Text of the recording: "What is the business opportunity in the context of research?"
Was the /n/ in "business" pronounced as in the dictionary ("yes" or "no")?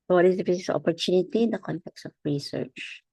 no